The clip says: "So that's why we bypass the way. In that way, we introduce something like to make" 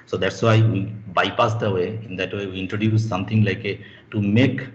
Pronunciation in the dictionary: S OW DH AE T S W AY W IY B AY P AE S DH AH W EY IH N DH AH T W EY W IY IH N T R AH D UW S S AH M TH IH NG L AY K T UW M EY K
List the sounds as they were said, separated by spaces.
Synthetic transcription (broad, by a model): S OW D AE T S W AY W IY B AY P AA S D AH W EY IH N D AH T W EY W IY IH N T R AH D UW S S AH M T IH NG L AY K T UW M EY K